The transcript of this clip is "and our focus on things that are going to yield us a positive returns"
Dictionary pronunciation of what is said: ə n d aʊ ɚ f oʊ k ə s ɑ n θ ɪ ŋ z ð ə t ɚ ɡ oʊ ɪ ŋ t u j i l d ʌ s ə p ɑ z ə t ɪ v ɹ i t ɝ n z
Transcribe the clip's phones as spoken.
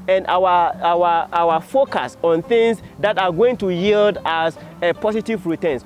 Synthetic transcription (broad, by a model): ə n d aʊ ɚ f oʊ k ə s ɑ n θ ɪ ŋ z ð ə t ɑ ɡ oʊ ɪ ŋ t u j i l d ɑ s p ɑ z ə t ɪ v ɹ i t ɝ n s